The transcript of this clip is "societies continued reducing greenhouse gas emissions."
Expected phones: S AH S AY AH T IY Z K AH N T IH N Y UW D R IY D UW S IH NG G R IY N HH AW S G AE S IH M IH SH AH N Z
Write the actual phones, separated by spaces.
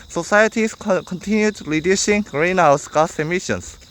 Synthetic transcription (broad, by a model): S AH S AY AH T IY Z K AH N T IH N Y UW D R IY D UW SH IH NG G R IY N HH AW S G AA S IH M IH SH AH N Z